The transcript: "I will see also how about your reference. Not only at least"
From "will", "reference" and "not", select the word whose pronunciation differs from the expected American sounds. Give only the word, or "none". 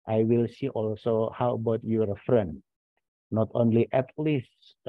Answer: reference